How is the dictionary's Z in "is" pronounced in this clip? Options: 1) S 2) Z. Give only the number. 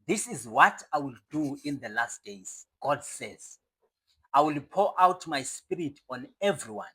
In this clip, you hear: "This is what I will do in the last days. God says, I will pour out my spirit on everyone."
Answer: 2